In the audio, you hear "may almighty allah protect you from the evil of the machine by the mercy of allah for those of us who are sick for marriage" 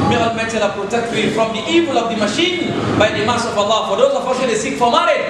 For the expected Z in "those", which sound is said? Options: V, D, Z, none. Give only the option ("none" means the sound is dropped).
none